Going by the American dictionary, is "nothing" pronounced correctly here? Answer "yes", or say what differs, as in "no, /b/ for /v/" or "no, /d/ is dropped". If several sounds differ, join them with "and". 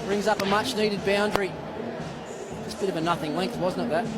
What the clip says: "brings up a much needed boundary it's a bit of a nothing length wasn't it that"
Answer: yes